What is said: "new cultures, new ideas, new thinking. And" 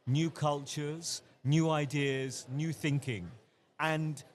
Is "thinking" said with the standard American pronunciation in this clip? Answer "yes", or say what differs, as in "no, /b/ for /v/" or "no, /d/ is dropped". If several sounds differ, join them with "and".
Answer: yes